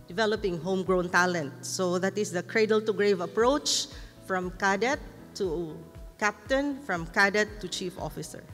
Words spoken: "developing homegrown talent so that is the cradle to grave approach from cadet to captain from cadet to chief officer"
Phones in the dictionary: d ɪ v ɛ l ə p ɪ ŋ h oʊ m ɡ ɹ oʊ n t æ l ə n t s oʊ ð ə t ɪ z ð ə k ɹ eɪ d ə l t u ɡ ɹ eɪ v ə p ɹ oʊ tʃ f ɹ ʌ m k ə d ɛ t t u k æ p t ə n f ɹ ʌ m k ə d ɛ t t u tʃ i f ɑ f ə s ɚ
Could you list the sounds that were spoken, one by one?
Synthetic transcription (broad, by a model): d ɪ v ɛ l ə p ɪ ŋ h oʊ m ɡ ɹ oʊ n t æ l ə n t s oʊ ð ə t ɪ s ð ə k ɹ eɪ d ə l t u ɡ ɹ eɪ v ə p ɹ oʊ tʃ f ɹ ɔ m k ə d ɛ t t u k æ p t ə n f ɹ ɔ m k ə d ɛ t t u tʃ i f ɑ f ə s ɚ